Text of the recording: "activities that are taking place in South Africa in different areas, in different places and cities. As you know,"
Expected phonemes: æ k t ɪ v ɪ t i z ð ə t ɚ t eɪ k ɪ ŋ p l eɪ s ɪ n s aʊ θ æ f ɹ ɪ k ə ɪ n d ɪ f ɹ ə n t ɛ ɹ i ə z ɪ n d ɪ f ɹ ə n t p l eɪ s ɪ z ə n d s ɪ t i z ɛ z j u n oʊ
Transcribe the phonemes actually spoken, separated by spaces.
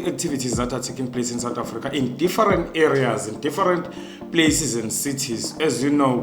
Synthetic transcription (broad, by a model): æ k t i v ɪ t i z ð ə t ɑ t eɪ k ɪ ŋ p l eɪ s ɪ n s aʊ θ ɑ f ɹ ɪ k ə ɪ n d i f ɹ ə n t ɛ ɹ i ə z ɪ n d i f ɹ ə n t p l eɪ s ɪ z ə n d s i t i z ɛ z j u n oʊ